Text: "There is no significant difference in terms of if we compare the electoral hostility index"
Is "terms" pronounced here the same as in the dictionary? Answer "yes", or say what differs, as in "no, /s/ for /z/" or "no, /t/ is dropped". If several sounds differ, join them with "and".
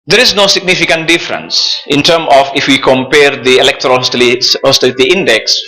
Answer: no, /z/ is dropped